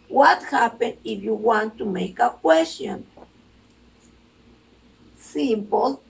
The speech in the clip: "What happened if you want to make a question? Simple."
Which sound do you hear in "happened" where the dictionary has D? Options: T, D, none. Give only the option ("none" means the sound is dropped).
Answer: none